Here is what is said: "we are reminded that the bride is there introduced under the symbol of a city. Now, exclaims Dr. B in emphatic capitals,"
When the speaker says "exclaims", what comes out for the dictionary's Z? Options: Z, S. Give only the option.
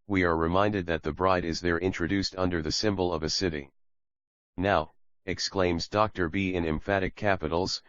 Z